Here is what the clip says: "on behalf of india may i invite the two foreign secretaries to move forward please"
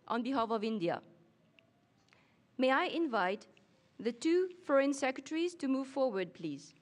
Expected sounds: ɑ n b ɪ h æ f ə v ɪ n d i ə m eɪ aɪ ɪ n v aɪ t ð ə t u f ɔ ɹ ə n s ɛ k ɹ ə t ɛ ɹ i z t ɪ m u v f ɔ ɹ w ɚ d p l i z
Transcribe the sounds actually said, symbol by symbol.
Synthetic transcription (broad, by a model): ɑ n b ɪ h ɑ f ə v ɪ n d i ə m eɪ aɪ ɪ n v aɪ t ð ə t u f ɔ ɹ ə n s ɛ k ɹ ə t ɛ ɹ i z t ɪ m u v f ɔ ɹ w ɚ d p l i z